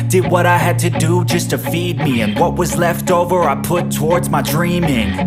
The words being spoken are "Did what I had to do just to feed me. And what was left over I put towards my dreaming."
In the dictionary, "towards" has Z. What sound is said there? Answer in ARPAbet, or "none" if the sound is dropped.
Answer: Z